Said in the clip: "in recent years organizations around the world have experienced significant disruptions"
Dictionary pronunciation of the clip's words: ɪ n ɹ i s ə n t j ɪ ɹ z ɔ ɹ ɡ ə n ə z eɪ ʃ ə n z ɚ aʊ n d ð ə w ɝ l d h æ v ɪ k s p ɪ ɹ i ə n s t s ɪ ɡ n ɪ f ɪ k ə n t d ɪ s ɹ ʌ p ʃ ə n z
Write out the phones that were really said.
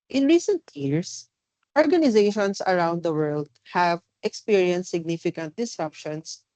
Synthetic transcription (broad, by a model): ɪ n ɹ i s ə n t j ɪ ɹ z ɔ ɹ ɡ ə n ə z eɪ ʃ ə n s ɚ aʊ n d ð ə w ɝ l d h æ v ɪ k s p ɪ ɹ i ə n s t s ɪ ɡ n ɪ f ɪ k ə n t d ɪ s ɹ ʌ p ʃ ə n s